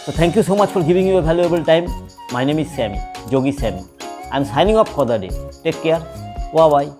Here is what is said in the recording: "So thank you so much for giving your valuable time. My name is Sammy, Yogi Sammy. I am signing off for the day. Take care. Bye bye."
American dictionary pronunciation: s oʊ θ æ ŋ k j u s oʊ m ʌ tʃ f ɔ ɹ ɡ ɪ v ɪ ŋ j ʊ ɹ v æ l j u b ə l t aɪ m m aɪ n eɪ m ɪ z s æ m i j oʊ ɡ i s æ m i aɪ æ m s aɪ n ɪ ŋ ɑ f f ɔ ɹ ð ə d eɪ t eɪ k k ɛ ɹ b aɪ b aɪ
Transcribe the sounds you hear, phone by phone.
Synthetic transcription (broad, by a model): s oʊ t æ ŋ k j u s oʊ m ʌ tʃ f ɔ ɹ ɡ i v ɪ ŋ j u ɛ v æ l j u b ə l t aɪ m m aɪ n eɪ m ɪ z s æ m i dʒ oʊ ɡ i s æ m i aɪ m s aɪ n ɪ ŋ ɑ p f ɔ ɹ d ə d eɪ t eɪ k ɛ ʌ ɹ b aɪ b aɪ